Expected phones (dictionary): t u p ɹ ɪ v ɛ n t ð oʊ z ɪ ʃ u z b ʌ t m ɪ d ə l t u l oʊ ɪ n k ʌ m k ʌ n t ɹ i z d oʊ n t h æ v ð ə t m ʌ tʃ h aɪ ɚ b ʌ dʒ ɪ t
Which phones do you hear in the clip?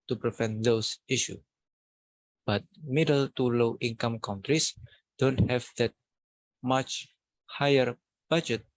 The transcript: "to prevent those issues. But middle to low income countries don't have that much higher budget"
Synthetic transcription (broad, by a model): t u p ɹ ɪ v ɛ n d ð oʊ s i ʃ u b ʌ t m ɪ d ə l t u l oʊ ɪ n k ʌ m k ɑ n t ɹ i s d oʊ n t h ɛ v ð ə t m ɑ tʃ h aɪ ɚ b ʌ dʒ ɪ t